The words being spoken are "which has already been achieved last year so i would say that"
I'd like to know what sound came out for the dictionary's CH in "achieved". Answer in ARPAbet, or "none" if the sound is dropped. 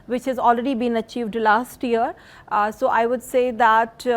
CH